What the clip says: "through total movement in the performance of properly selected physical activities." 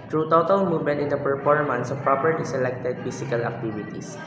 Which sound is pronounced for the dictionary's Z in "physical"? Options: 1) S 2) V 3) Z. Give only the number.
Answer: 1